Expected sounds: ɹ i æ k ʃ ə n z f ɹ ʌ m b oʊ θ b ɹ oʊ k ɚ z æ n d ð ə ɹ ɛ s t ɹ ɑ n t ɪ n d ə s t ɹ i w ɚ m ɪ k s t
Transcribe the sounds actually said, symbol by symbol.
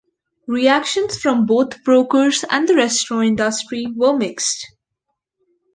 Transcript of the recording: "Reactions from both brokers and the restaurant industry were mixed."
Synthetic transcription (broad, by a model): ɹ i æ k ʃ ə n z f ɹ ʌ m b oʊ t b ɹ oʊ k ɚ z æ n d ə ɹ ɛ s t ɹ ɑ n ɪ n d ə s t ɹ i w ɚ m ɪ k s t